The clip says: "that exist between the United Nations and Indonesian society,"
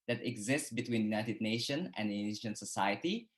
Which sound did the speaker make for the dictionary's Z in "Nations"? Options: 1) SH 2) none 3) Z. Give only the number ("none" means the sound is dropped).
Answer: 2